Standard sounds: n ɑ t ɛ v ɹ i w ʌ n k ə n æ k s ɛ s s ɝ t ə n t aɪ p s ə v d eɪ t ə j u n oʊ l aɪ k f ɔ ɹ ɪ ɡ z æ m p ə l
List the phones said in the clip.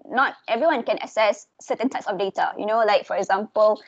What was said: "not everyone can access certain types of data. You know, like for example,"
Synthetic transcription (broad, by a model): n ɑ t ɛ v ɹ i w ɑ n k ə n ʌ s ɛ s s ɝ t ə n t aɪ p s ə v d eɪ t ə j u n oʊ l aɪ k f ɔ ɹ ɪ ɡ z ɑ m p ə l